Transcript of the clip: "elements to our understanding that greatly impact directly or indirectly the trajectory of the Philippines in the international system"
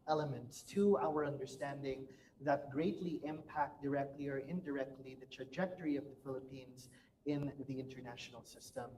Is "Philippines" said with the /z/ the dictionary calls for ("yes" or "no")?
yes